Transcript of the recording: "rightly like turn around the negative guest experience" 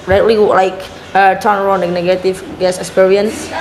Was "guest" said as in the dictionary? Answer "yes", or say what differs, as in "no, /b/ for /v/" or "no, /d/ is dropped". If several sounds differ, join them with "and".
no, /t/ is dropped